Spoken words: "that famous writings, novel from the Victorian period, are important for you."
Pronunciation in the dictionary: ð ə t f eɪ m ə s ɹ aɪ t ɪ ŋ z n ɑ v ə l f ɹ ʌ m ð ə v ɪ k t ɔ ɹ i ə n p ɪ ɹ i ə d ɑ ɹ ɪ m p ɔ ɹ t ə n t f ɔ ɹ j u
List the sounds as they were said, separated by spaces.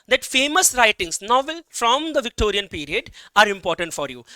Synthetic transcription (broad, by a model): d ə t f eɪ m ə s ɹ aɪ t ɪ ŋ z n ɑ v ə l f ɹ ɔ m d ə v ɪ k t ɔ ɹ i ə n p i ɹ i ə d ɑ ɹ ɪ m p ɔ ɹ t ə n t f ɔ ɹ j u